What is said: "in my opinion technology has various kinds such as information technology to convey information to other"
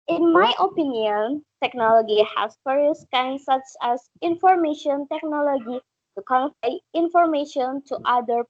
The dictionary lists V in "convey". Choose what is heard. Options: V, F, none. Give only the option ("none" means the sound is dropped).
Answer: F